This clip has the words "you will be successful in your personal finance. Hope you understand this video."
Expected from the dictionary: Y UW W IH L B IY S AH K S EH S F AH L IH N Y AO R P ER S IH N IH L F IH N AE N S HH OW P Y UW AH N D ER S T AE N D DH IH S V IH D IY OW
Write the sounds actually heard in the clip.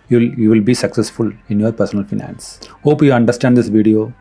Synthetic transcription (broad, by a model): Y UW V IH L B IY S AH K S EH S F AH L IH N Y AO R P ER S IH N IH L F IH N AE N S HH OW P Y UW AH N D ER S T AE N D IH S V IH D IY OW